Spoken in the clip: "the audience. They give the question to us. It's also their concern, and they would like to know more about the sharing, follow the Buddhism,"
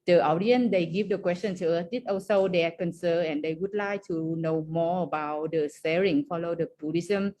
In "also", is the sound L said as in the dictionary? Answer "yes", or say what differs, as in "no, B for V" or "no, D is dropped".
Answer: no, L is dropped